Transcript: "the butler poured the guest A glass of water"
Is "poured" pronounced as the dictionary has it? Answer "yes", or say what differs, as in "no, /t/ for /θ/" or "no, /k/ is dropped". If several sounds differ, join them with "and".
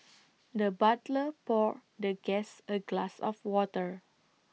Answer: yes